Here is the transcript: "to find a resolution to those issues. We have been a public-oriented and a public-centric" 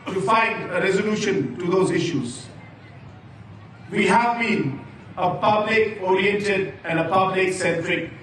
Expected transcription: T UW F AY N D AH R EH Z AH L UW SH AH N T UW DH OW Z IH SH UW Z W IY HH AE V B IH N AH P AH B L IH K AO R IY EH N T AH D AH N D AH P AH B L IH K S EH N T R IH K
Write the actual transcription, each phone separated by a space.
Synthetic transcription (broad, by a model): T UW F AY N D AH R EH Z AH L UW SH AH N T UW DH OW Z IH SH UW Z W IY HH AE V B IH N AH P AH B L IH K AO R IY EH N T AH D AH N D AH P AH B L IH K S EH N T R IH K